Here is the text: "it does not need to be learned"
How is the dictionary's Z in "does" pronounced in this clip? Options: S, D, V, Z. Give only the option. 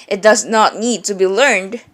Z